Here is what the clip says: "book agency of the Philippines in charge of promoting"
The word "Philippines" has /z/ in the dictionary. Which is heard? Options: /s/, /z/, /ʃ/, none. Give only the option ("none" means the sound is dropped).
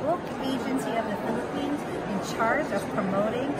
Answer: /z/